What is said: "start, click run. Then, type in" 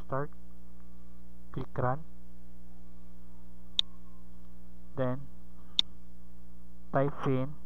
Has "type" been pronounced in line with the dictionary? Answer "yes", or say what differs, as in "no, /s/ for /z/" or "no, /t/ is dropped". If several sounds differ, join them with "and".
no, /f/ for /p/